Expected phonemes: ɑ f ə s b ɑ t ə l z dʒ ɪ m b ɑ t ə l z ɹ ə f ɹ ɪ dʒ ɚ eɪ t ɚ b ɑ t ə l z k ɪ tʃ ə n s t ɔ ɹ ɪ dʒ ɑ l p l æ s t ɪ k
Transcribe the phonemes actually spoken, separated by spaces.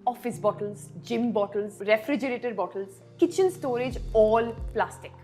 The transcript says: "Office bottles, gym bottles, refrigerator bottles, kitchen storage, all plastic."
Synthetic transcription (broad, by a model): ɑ f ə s b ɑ t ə l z dʒ ɪ m b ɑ t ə l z ɹ ə f ɹ ɪ dʒ ɚ eɪ t ɚ b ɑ t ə l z k ɪ tʃ ə n s t ɔ ɹ ɪ dʒ ɑ l p l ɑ s t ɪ k